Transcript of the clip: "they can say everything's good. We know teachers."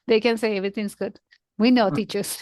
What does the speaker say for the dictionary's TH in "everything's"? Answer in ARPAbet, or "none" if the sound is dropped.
T